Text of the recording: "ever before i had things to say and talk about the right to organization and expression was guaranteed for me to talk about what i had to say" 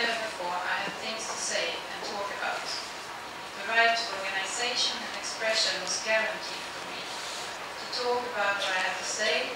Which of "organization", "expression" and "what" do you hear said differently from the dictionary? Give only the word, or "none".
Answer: none